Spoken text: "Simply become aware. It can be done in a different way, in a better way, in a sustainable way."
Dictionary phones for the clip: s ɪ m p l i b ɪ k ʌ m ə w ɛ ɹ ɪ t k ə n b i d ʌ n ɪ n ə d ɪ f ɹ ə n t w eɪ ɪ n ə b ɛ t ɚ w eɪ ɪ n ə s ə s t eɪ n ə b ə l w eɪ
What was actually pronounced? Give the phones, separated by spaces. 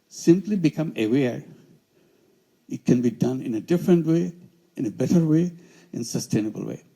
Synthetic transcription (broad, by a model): s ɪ m p l i b ɪ k ʌ m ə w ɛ ɹ ɪ t k ə n b i d ʌ n ɪ n ə d ɪ f ɹ ə n t w eɪ ɪ n ə b ɛ t ɚ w eɪ ɪ n s ə s t eɪ n ə b ə l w eɪ